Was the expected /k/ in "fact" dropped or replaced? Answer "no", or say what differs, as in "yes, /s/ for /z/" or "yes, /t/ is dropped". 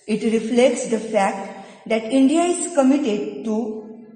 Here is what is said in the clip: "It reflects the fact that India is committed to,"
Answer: no